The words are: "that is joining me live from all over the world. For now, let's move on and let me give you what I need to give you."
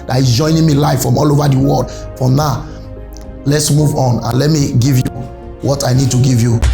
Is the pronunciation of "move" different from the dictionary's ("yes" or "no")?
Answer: no